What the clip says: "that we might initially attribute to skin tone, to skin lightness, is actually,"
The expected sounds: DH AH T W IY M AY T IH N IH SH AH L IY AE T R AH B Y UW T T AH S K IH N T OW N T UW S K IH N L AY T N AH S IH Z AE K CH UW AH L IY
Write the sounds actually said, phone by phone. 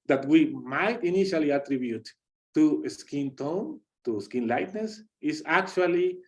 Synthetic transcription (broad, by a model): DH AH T W IY M AY T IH N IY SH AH L IY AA T R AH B Y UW T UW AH S K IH N T OW N T UW S K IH N L AY T N AH S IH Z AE K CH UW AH L IY